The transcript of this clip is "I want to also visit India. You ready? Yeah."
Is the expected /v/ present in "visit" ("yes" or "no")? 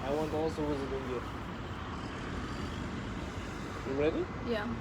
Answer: no